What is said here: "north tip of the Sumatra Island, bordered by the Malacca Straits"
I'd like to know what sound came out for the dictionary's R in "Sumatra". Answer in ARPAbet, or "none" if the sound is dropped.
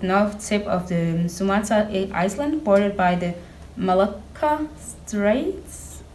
none